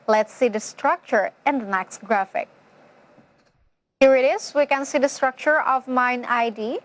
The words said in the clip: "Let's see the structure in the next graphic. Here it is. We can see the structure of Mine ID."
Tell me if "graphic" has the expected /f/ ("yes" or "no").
yes